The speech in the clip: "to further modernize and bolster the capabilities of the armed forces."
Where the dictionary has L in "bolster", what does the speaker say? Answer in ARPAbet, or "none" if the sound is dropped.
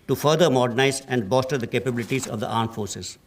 none